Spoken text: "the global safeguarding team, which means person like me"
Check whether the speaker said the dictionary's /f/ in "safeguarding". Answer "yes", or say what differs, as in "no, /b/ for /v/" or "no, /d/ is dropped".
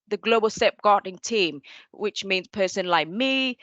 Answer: no, /p/ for /f/